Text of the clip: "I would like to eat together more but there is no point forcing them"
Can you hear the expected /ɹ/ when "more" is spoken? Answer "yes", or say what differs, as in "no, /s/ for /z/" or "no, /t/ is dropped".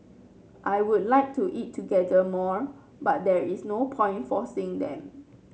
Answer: yes